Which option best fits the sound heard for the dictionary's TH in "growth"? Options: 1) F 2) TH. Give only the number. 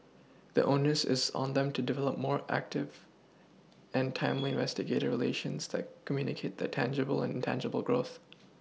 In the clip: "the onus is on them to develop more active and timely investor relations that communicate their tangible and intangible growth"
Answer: 2